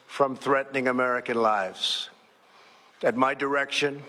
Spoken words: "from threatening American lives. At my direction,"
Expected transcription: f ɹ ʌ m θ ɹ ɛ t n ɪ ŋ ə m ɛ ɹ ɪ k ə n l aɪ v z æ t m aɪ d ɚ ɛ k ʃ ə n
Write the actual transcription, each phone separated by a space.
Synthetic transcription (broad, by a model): f ɹ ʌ m θ ɹ ɛ t n ɪ ŋ ə m ɛ ɹ ɪ k ə n l aɪ v z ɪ t m aɪ d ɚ ɛ k ʃ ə n